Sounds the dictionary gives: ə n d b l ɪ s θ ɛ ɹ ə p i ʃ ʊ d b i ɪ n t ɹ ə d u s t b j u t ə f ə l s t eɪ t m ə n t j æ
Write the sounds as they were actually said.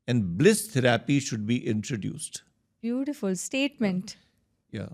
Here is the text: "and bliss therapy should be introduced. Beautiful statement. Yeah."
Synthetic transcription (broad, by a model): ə n d b l ɪ s t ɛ ɹ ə p i ʃ ʊ d b i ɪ n t ɹ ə d u s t b j u t ə f ə l s t eɪ t m ə n t j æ